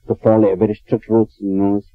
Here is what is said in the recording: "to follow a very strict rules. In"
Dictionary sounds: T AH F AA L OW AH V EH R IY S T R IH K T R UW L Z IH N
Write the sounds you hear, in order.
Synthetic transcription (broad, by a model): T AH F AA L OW AH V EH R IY S T R IH K T W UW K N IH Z